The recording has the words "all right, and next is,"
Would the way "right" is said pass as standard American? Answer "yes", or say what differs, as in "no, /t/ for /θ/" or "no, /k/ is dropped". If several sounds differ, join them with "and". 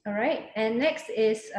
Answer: yes